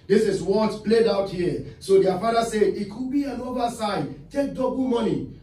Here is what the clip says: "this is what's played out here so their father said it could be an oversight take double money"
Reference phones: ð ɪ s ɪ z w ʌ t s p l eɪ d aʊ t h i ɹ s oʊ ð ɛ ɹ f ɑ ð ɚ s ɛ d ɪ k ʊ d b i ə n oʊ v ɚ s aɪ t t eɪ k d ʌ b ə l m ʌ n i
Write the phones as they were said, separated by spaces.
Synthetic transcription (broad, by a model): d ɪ s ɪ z w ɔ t p l eɪ d aʊ t h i s oʊ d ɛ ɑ f ɑ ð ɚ s ɛ d ɪ k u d b i ə n oʊ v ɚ s aɪ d t eɪ k d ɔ b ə l m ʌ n i